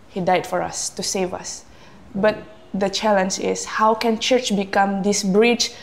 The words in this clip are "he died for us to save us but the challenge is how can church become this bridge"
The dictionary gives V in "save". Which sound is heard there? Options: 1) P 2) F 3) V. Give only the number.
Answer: 3